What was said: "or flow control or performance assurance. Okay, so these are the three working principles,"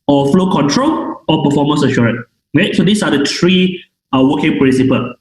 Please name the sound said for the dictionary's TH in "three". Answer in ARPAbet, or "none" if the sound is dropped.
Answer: T